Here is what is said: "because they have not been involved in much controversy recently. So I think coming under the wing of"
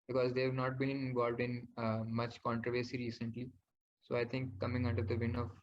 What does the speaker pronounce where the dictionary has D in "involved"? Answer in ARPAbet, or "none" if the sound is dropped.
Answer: D